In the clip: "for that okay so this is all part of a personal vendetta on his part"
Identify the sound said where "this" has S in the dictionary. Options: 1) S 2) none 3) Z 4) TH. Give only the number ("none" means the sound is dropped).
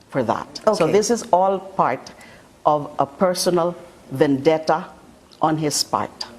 1